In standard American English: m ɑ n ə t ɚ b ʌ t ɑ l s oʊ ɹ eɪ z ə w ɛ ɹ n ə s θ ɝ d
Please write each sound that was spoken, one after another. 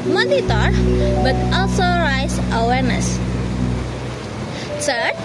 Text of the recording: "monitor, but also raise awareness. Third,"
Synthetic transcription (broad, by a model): m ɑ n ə t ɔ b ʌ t ɑ l s oʊ ɹ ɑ s ə w ɛ ɹ n ə s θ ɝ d